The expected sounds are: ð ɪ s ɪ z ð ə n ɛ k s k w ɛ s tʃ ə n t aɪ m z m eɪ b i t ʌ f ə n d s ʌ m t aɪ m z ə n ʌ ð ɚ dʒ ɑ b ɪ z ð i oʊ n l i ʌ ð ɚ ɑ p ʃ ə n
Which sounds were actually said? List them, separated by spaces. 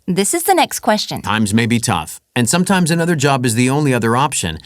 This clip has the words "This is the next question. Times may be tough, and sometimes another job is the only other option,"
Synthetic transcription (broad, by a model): ð ɪ s ɪ z ð ə n ɛ k s k w ɛ s tʃ ə n t aɪ m z m eɪ b i t ʌ f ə n s ʌ m t aɪ m z ə n ʌ ð ɚ dʒ ɑ b ɪ z ð i oʊ n l i ʌ ð ɚ ɑ p ʃ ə n